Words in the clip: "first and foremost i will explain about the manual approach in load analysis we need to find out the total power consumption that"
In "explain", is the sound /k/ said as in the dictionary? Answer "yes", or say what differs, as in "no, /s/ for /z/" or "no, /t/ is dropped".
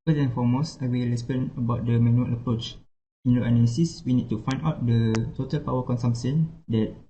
no, /k/ is dropped